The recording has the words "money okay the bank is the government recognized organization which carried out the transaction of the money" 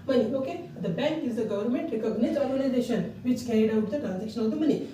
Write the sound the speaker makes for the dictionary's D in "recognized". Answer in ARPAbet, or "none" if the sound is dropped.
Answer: none